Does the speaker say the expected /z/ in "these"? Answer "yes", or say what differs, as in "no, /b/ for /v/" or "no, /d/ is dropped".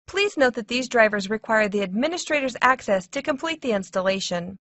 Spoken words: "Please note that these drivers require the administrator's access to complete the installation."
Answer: yes